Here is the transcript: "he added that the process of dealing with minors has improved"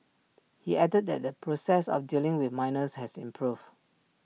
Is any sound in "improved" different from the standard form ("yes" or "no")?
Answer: yes